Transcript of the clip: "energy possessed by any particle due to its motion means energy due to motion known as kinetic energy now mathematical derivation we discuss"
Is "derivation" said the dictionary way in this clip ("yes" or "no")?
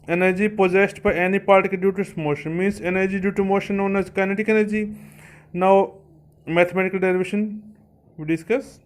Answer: no